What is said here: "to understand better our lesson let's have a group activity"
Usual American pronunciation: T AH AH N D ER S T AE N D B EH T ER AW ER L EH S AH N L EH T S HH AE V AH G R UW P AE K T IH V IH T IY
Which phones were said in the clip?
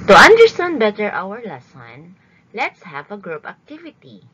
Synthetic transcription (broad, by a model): T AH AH N D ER S T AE N D B EH T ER AW ER L EH S AH N L EH T S HH AE V AH G R UW P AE K T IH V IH T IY